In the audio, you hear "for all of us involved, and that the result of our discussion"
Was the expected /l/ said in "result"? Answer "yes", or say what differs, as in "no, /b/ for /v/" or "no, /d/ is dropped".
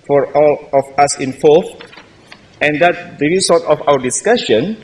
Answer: no, /l/ is dropped